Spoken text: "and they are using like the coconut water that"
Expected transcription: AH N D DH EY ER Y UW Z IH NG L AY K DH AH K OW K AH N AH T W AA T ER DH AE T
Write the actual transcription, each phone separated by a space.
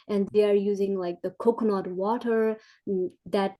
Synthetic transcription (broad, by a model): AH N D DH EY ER Y UW Z IH NG L AY K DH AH K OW K N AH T W AA T ER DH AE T